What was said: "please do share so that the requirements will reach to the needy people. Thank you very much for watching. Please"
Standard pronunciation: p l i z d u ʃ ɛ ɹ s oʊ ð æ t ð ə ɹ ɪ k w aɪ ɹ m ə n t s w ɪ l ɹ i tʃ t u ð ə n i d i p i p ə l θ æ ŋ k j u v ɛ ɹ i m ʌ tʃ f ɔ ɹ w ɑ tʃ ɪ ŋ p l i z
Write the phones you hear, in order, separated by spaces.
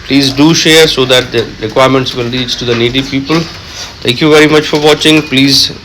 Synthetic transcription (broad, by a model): p l i z d u ʃ ɛ ɹ s oʊ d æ t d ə ɹ ɪ k w aɪ ɹ m ə n t s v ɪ l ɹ i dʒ t u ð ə n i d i p i p ə l t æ ŋ k j u v ɛ ɹ i m ʌ tʃ f ɔ ɹ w ɑ tʃ ɪ ŋ p l i z